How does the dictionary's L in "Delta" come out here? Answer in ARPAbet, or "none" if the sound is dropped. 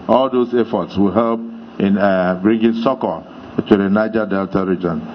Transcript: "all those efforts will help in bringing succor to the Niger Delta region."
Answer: L